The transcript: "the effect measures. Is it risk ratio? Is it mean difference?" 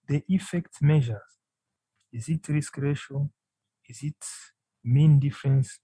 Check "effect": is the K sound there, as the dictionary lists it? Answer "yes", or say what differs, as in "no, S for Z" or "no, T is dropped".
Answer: yes